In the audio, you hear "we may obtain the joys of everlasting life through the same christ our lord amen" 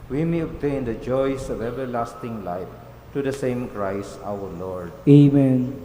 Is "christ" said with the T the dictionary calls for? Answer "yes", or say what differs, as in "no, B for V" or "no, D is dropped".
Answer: no, T is dropped